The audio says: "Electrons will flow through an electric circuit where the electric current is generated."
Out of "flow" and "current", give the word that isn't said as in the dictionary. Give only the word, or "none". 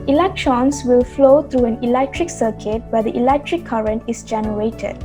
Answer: none